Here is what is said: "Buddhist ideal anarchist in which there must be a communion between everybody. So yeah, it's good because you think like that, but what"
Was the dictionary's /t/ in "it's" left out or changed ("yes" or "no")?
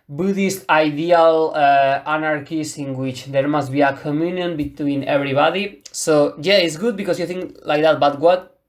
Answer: no